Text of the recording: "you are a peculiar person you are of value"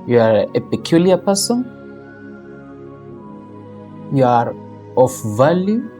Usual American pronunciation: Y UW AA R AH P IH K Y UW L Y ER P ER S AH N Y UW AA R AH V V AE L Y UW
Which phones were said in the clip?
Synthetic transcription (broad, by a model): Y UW AA R AH P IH K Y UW L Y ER P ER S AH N Y UW AA R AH F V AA L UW